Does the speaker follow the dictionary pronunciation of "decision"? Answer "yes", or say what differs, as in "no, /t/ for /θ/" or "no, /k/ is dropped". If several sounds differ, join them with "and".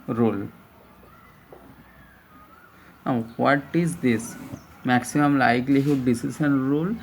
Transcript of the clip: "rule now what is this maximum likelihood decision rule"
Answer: no, /s/ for /ʒ/